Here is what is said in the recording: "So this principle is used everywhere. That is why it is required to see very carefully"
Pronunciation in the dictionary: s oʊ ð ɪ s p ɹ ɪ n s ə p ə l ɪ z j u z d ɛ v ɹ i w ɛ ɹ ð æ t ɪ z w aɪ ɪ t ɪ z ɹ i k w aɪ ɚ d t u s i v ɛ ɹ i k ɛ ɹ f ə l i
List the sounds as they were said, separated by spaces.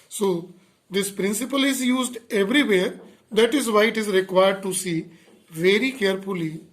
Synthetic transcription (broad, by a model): s oʊ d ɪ s p ɹ ɪ n s ə p ə l ɪ z j u z d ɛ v ɹ i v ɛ ɹ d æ t ɪ z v aɪ ɪ t ɪ z ɹ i k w aɪ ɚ d t u s i v ɛ ɹ i k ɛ ɹ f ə l i